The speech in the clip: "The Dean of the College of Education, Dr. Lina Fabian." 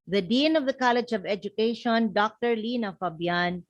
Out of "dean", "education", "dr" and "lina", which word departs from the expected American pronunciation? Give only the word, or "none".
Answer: none